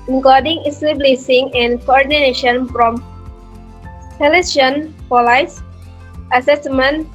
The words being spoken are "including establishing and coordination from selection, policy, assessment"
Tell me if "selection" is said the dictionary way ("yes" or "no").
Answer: no